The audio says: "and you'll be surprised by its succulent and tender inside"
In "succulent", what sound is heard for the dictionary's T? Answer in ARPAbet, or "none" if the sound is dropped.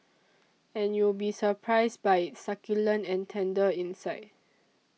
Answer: none